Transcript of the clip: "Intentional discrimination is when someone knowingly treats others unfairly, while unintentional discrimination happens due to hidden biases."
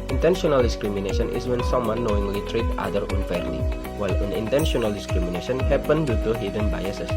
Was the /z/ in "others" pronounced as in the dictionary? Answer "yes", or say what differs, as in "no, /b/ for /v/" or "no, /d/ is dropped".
no, /z/ is dropped